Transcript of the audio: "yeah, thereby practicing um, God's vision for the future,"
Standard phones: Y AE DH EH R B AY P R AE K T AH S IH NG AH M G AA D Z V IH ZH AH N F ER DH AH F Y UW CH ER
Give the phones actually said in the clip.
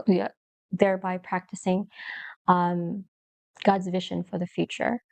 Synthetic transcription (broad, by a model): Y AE DH EH R B AY P R AE K T AH S IH NG AH M G AA D Z V IH ZH AH N F ER DH AH F Y UW CH ER